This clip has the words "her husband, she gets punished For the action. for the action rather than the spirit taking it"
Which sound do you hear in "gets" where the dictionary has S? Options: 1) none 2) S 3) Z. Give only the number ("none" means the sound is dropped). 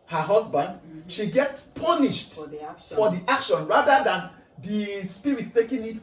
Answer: 2